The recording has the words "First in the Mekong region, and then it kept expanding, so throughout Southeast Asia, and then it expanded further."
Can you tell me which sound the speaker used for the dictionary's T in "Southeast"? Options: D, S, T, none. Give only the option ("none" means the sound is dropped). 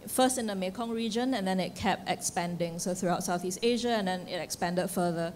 T